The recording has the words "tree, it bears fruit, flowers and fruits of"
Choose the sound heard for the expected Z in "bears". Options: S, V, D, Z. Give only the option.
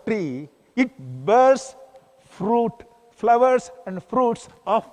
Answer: S